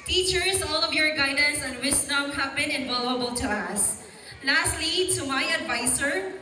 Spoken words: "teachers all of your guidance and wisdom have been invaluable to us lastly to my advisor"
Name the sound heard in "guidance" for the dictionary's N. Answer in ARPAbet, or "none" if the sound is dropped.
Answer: N